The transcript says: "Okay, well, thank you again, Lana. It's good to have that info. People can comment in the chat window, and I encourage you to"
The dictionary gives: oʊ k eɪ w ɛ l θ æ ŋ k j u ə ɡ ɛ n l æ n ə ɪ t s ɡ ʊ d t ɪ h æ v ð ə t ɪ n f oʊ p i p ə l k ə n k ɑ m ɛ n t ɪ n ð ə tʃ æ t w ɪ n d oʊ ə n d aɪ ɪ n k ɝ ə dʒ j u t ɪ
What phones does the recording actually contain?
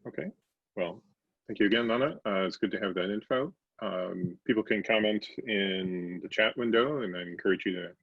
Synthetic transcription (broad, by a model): oʊ k eɪ w ɛ l θ æ ŋ k j u ə ɡ ɛ n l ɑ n ə ɪ t s ɡ ʊ d t ɪ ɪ v ð ə t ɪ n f oʊ p i p l k ə n k ɑ m ɛ n t ɪ n ð ə tʃ æ t w ɪ n d oʊ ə n aɪ ɪ n k ɝ ə dʒ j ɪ t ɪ